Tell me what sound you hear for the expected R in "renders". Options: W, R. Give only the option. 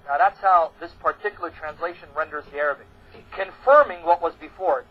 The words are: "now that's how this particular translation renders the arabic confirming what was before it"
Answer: R